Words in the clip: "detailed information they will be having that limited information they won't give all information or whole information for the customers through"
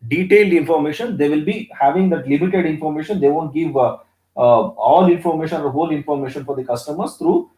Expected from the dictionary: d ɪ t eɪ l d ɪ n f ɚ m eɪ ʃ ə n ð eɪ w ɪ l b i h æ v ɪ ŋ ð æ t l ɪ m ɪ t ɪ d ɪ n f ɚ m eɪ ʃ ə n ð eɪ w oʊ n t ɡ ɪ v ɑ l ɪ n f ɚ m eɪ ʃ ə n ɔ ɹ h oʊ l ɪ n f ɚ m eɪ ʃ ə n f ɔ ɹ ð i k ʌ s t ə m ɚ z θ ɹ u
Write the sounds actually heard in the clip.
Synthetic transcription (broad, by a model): d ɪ t eɪ l d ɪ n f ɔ m eɪ ʃ ə n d eɪ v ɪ l b i h æ v ɪ ŋ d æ t l ɪ m ɪ t ɪ d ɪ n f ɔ m eɪ ʃ ə n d eɪ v oʊ n t ɡ ɪ v ɑ l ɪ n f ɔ m eɪ ʃ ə n ɔ ɹ h oʊ l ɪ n f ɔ m eɪ ʃ ə n f ɔ ɹ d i k ʌ s t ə m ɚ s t ɹ u